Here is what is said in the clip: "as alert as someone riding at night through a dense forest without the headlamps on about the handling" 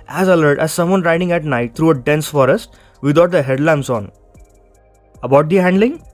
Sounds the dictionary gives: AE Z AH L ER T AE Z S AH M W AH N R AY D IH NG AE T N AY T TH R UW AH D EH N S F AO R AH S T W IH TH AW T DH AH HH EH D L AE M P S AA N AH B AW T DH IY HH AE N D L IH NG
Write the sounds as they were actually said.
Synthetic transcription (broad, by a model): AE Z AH L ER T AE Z S AH M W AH N R AY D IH NG AE T N AY T T R UW AH D EH N S F AO R AH S T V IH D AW T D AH HH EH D L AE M S AA N AH B AW T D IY HH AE N D L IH NG